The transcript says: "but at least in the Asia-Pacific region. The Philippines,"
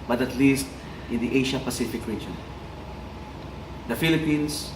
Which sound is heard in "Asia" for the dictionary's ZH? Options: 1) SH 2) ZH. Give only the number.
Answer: 1